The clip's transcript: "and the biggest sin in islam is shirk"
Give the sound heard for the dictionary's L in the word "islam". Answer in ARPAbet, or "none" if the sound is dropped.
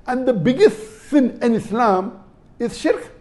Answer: L